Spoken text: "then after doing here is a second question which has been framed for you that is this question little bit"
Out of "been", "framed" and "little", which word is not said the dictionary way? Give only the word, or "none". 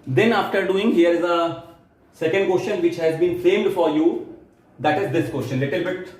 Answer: framed